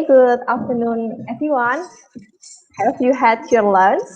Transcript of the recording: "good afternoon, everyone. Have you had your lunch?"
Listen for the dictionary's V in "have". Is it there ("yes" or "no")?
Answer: no